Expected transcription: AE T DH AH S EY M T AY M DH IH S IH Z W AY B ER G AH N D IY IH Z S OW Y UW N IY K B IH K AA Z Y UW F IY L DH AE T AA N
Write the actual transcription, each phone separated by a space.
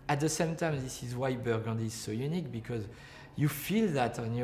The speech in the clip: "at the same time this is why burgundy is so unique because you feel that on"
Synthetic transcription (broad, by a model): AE T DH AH S EY M T AY M DH IH S IH Z W AY B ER G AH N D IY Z S OW Y UW N IY K B IH K AA Z Y UW F IY L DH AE T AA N